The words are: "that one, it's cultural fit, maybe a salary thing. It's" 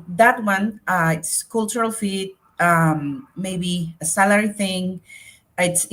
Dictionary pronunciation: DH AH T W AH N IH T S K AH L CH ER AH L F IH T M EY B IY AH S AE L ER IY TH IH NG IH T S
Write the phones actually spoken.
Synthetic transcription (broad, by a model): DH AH T W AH N IH T S K AH L CH ER AH L F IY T M EY B IY AH S AE L ER IY TH IH NG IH T S